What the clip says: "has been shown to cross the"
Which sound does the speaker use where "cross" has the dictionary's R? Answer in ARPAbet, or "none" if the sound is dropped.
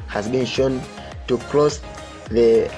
L